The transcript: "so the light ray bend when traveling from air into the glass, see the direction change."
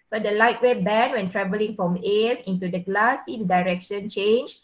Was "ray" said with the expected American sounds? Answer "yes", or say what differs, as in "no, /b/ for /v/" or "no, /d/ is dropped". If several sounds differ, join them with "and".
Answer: no, /w/ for /ɹ/